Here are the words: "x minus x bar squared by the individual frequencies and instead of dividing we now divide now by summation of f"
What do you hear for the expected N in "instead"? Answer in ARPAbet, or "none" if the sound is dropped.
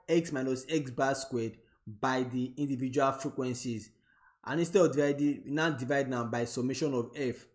none